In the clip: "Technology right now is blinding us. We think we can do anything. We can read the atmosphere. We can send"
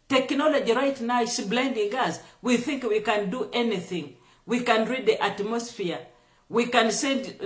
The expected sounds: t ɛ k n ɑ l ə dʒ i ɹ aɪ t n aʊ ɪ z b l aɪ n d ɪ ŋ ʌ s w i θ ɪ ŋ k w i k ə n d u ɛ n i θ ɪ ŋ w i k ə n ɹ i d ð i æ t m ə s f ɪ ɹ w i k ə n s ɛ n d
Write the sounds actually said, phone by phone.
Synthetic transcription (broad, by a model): t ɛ k n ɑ l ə dʒ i ɹ aɪ t n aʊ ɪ s b l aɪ n d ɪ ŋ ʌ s w i θ ɪ ŋ k w i k ə n d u ɛ n i θ ɪ ŋ w i k ə n ɹ i d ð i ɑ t m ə s f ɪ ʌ w i k ə n s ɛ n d